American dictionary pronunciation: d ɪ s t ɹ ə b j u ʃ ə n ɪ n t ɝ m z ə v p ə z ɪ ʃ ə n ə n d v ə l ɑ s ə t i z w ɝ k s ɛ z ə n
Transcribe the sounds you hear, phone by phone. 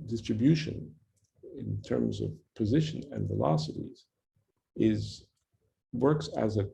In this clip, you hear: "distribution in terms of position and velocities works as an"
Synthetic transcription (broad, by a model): d ɪ s t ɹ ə b j u ʃ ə n ɪ n t ɝ m z ə v p ə z ɪ ʃ ə n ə n v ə l ɑ s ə t i z w ɝ k s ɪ z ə